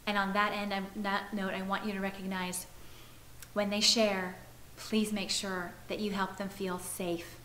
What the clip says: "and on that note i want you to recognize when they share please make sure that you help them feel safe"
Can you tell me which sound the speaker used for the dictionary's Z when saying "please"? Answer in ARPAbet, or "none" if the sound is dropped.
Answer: Z